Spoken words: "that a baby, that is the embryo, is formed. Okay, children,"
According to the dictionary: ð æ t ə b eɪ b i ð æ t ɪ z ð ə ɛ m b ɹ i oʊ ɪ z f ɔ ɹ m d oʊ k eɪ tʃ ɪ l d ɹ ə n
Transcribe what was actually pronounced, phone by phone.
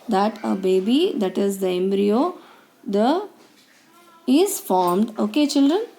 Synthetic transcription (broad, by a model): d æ t ə b eɪ b i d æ t ɪ z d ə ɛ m b ɹ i oʊ ɪ z f ɔ ɹ m d oʊ k eɪ tʃ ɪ l d ɹ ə n